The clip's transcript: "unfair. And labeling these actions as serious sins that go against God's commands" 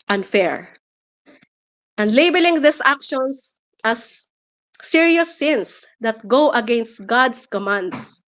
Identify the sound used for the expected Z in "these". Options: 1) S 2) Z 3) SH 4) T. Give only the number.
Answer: 1